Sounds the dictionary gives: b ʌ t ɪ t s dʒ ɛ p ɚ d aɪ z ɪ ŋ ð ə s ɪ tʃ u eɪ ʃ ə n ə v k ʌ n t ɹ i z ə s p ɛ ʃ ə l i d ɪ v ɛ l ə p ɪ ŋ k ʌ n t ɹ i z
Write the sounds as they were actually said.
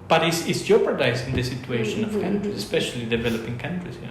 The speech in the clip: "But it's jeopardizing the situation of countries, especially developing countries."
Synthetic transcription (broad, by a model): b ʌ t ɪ s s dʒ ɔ p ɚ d aɪ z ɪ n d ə s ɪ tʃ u eɪ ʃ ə n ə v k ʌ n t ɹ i s ə s p ɛ ʃ ə l i d ɪ v ɛ l ə p ɪ ŋ k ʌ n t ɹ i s